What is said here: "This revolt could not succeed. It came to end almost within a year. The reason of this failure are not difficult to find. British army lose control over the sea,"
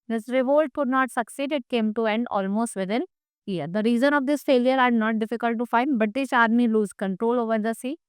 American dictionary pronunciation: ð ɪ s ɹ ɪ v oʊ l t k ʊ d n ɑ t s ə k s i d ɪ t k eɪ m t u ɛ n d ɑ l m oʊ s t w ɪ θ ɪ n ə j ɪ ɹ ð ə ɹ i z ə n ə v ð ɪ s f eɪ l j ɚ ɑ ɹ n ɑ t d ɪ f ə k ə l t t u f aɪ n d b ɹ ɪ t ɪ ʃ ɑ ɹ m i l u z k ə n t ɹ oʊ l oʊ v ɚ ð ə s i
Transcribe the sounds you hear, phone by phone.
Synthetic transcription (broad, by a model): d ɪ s ɹ ɪ v oʊ l t k ʊ d n ɑ t s ə k s i d ɪ t k eɪ m t u ɛ n d ɑ l m oʊ s t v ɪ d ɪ n ə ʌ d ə ɹ i z ə n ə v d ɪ s f eɪ l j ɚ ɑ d n ɑ t d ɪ f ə k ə l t t u f aɪ n d b ɪ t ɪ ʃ ɑ ɹ m i l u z k ə n t ɹ oʊ l oʊ v ɚ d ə s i